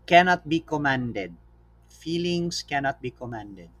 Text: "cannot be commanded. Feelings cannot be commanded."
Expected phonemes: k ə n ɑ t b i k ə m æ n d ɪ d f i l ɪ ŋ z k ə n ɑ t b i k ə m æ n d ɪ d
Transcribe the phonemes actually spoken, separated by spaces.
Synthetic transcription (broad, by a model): k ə n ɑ t b i k ə m æ n d ɪ d f i l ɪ ŋ s k ə n ɑ t b i k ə m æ n d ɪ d